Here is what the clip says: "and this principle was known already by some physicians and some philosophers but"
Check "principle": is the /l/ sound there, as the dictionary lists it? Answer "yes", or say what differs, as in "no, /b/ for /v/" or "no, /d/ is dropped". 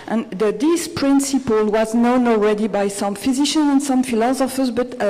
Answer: yes